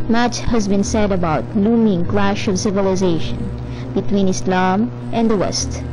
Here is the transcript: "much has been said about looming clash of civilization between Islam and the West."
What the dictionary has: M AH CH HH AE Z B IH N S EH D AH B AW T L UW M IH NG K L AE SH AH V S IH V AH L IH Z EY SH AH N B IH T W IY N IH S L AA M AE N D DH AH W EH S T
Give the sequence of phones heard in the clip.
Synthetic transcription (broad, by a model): M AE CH HH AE Z B IH N S EH D AH B AW T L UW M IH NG K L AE SH AH V S IH V AH L IH Z EY SH AH N B IH T W IY N IH S L AA M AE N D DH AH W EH S T